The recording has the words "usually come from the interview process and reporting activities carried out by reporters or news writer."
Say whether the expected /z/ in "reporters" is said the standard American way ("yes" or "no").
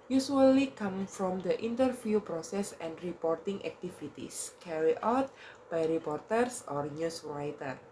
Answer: no